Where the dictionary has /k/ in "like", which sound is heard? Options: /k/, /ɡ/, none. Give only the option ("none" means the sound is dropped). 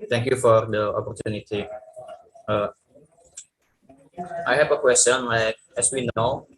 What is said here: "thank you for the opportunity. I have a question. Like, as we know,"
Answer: /k/